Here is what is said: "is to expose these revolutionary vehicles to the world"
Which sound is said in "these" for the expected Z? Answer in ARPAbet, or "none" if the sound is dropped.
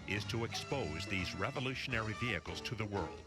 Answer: Z